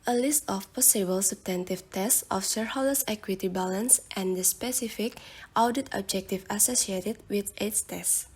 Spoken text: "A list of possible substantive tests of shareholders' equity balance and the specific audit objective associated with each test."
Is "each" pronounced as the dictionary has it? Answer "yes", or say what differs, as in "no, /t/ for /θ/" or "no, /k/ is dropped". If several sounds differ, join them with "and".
no, /s/ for /tʃ/